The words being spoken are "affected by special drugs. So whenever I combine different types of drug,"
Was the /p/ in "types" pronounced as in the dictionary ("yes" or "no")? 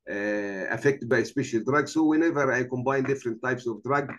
yes